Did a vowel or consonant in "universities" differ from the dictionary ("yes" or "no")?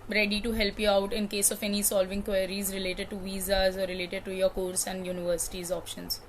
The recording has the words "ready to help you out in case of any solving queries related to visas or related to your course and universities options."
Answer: no